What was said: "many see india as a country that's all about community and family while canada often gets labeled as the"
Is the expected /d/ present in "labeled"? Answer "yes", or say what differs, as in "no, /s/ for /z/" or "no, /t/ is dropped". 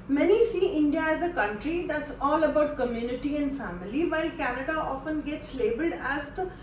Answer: yes